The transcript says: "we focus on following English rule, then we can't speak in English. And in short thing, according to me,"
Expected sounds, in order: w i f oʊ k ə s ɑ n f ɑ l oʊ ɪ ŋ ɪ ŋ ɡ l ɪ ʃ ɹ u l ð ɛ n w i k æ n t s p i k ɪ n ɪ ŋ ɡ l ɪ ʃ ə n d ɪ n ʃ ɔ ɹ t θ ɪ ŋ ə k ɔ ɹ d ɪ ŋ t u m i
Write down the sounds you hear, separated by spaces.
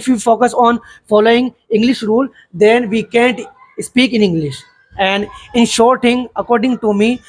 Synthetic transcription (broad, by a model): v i f oʊ k ə s ɑ n f ɑ l oʊ ɪ ŋ ɪ ŋ ɡ l ɪ ʃ ɹ u l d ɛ n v i k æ n t s p i k ɪ n ɪ ŋ ɡ l ɪ ʃ ə n d ɪ n ʃ ɔ ɹ t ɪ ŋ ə k ɔ ɹ d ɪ ŋ t u m i